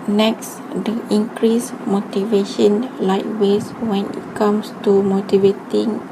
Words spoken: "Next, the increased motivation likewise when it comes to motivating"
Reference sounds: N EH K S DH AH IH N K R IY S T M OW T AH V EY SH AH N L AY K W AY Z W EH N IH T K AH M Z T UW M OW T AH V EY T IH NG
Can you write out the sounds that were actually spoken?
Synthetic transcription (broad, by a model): N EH K S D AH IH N K R IY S M OW T AH V EY SH AH N L AY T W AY S W EH N IH T K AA M S T UW M OW T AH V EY T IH NG